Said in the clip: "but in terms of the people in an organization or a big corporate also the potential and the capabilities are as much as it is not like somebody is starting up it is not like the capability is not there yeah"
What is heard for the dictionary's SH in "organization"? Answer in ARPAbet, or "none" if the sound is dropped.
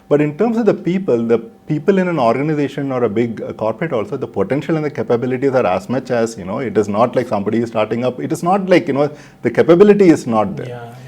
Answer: SH